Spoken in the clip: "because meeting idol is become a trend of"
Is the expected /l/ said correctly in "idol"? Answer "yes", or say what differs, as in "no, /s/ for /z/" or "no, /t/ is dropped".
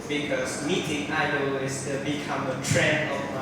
no, /w/ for /l/